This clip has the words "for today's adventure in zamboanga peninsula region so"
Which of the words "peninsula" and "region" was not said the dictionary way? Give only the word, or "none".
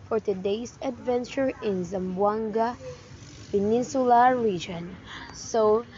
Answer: none